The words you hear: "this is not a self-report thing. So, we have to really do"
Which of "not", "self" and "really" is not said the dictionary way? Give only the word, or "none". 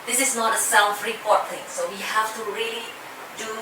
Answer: self